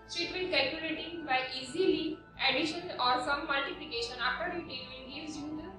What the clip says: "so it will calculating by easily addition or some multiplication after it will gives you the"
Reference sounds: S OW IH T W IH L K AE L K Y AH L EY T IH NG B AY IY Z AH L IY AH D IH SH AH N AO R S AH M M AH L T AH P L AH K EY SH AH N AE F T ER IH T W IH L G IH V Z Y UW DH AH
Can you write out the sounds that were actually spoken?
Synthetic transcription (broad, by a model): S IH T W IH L K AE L K Y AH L EY T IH NG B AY IY Z AH L IY AH D IH SH AH N AO R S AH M M AH L T AH P L AH K EY SH AH N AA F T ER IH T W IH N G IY Z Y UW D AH